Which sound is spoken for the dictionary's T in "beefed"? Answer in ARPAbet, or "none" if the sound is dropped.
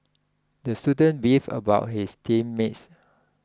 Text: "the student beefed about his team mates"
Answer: none